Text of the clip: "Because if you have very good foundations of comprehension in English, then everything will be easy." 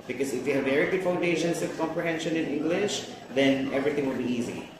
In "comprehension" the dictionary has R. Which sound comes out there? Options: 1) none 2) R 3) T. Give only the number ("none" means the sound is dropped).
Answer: 2